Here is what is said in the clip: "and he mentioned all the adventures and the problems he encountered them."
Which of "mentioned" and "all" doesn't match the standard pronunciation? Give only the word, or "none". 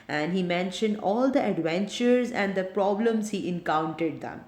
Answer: none